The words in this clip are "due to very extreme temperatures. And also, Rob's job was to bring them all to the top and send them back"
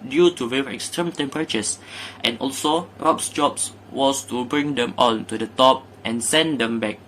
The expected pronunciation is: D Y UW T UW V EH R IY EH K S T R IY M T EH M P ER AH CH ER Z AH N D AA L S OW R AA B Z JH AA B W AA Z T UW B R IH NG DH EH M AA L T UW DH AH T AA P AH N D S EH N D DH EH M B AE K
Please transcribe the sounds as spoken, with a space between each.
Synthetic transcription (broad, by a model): D Y UW T UW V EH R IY EH K S T R IY M T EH M P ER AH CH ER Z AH N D AA L S OW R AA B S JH AA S W AA S T UW B R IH NG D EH M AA N T UW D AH T AA P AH N S EH N D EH M B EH K